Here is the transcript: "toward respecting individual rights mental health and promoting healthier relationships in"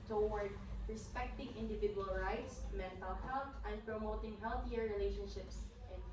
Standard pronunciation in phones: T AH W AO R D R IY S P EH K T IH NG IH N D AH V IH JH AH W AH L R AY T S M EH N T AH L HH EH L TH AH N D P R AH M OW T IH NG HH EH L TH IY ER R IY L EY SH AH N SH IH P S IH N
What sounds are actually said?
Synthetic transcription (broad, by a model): T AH W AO R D R IY S P EH K T IH NG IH N D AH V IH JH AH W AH L R AY T S M EH N T AH L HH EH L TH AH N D P R AH M OW T IH NG HH EH L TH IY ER R IY L EY SH AH N SH IH P S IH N